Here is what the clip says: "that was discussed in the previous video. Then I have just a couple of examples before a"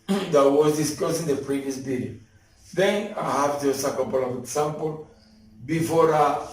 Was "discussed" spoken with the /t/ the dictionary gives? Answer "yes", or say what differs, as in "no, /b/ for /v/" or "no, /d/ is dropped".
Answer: no, /t/ is dropped